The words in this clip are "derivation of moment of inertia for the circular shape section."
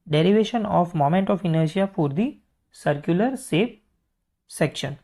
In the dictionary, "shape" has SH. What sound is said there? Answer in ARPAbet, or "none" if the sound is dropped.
S